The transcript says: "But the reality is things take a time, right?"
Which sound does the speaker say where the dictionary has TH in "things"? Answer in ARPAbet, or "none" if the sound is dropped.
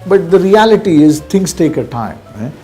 T